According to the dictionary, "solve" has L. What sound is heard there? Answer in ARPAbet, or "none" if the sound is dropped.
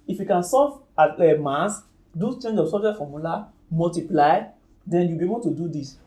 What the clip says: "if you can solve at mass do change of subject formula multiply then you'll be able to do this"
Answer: none